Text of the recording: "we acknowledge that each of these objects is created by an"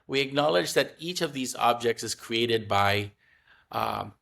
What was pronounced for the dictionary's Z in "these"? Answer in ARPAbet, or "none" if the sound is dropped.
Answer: Z